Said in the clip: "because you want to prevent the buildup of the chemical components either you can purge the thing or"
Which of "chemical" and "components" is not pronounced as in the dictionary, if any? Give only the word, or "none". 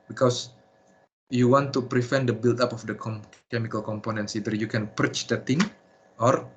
none